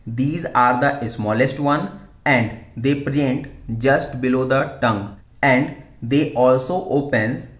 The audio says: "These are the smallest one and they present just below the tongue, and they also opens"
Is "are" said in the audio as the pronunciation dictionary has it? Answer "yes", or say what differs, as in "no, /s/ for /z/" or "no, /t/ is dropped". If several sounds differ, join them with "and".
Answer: yes